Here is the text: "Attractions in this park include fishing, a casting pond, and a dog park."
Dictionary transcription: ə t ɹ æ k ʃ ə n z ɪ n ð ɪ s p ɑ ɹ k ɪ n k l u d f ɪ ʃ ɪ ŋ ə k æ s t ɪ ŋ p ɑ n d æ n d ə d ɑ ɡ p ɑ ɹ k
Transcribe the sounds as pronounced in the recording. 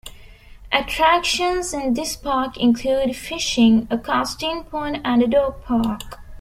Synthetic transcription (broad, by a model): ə t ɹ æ k ʃ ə n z ɪ n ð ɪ s p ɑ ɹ k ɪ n k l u d f ɪ ʃ ɪ ŋ ə k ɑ s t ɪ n p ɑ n æ n d ə d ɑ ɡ p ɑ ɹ k